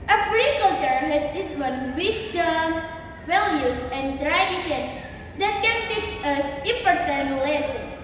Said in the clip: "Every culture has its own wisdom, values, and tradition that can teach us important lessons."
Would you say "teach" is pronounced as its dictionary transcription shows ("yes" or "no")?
no